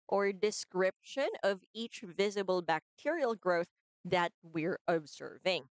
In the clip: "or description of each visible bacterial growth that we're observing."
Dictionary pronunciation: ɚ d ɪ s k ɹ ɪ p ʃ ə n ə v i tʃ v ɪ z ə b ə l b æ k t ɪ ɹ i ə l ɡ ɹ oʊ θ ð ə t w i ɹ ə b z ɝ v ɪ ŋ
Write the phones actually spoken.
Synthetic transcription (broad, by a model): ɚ d ɪ s k ɹ ɪ p ʃ ə n ə v i tʃ v ɪ z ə b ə l b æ k t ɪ ɹ i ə l ɡ ɹ oʊ θ ð ə t w i ɹ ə b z ɝ v ɪ ŋ